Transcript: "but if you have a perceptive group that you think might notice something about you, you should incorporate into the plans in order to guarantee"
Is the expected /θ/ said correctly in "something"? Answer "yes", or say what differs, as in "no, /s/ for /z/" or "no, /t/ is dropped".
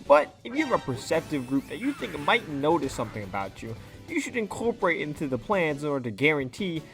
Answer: yes